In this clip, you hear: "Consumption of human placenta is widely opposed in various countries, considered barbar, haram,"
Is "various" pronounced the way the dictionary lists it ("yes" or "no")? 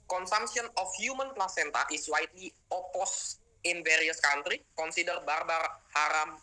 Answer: yes